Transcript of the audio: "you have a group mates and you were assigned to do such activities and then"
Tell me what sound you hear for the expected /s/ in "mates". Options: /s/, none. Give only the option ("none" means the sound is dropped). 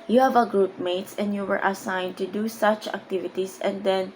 /s/